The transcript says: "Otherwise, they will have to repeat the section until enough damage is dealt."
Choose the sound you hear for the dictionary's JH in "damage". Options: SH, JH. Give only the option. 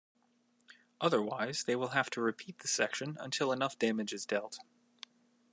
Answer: JH